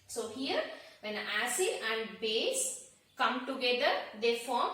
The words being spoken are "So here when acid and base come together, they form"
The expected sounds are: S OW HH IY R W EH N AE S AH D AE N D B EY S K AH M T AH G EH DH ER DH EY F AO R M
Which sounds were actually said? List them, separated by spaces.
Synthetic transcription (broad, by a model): S OW HH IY R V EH N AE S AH AE N D B EY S K AH M T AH G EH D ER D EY F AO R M